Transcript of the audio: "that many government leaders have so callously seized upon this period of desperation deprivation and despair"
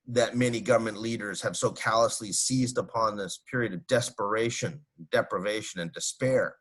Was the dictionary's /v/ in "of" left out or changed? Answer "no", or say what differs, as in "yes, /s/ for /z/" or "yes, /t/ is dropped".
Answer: no